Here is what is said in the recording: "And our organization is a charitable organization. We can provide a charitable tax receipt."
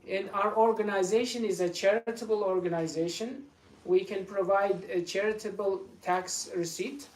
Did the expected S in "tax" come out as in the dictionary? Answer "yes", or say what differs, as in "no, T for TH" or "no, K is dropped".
yes